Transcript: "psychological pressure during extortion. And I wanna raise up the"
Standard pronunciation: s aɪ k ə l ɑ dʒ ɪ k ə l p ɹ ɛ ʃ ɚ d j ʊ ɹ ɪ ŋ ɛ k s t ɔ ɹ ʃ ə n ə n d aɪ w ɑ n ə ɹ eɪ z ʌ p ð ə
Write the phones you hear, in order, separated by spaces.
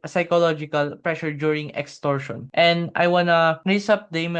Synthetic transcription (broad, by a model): s aɪ k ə l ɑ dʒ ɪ k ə l p ɹ ɛ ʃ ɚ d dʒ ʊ ɹ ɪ ŋ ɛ k s t ɔ ɹ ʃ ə n ə n d aɪ w ɑ n ə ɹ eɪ s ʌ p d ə